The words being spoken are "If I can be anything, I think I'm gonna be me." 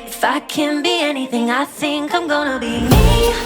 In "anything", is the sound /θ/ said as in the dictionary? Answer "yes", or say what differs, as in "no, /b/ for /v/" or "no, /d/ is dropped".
yes